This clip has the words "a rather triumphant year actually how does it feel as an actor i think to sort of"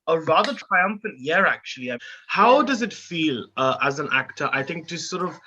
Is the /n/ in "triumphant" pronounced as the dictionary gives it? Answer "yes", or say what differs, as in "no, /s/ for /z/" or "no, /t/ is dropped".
yes